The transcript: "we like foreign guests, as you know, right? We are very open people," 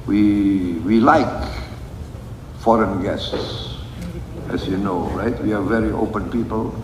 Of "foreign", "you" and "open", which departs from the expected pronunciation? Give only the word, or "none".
none